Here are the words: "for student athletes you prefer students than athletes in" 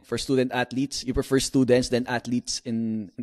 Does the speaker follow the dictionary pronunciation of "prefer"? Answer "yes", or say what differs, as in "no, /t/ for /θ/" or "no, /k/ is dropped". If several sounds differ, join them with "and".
yes